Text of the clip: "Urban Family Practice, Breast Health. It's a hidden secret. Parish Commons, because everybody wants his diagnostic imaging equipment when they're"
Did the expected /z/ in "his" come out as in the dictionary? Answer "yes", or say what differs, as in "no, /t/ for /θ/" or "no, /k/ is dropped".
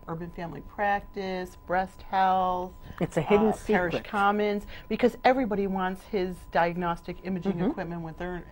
yes